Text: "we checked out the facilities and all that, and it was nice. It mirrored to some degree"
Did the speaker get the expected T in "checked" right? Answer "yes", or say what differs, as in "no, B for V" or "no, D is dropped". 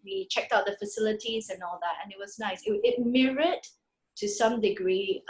yes